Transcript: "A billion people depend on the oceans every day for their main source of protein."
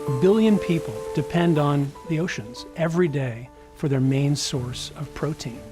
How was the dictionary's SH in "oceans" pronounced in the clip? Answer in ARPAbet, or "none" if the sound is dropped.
SH